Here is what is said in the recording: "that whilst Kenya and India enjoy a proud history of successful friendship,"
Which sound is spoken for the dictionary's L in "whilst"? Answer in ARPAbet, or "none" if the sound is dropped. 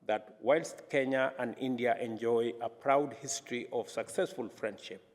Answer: L